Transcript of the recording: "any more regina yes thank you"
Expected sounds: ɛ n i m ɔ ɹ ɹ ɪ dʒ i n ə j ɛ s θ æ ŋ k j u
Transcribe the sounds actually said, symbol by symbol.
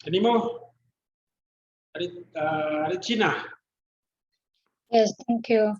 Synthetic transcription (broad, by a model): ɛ n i m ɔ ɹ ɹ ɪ tʃ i n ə j ɛ s t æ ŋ k j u